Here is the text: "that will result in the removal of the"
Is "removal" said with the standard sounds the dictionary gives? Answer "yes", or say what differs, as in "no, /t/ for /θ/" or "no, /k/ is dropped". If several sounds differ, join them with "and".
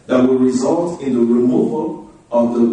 yes